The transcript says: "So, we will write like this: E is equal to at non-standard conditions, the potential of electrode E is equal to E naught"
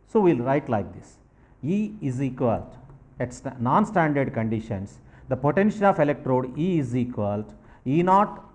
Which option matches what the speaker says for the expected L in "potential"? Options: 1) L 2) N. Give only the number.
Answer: 2